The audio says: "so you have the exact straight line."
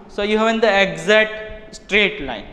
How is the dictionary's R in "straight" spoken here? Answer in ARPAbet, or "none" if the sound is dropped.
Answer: R